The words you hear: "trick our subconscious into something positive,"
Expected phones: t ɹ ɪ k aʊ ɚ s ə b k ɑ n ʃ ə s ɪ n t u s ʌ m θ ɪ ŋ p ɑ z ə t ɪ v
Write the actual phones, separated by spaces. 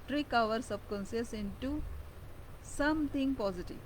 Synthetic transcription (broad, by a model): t ɹ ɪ k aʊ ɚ s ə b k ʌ n s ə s ɪ n t u s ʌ m t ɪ ŋ p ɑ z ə t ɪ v